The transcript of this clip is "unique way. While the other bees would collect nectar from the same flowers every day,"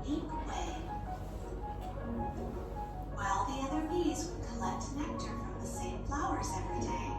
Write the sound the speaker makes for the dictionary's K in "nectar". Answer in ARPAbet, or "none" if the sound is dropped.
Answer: K